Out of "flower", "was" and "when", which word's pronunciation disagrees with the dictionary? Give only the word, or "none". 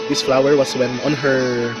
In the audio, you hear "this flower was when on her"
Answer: was